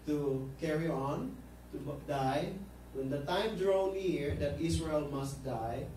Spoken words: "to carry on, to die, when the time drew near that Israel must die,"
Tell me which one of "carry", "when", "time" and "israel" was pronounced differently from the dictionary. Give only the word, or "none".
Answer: israel